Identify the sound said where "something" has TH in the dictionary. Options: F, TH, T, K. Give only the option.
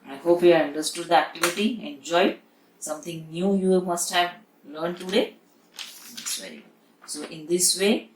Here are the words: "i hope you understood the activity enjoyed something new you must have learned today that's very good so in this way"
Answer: T